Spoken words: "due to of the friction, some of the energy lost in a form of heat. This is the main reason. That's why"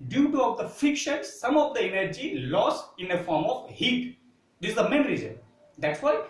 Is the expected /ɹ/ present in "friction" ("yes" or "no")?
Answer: no